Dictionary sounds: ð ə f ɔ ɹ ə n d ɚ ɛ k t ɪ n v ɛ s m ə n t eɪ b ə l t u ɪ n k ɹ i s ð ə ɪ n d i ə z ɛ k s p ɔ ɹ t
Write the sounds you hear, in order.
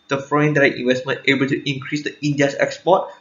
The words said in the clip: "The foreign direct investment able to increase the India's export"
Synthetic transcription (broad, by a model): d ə f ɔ ə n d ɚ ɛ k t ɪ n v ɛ s m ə n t eɪ b ə l t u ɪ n k ɹ i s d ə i n d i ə s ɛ k s p ɔ t